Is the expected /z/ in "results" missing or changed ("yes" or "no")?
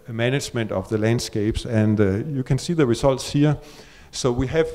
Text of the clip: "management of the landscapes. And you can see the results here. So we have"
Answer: yes